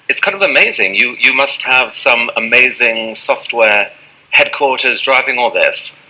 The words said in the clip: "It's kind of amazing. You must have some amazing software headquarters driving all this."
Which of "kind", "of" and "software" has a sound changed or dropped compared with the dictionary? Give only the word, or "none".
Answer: none